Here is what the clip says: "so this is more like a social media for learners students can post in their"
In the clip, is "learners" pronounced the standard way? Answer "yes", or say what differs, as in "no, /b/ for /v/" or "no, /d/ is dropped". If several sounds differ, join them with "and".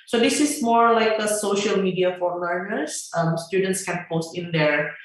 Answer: no, /n/ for /l/